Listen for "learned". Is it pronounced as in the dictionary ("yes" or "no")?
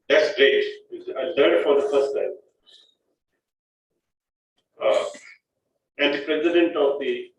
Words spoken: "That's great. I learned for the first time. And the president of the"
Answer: no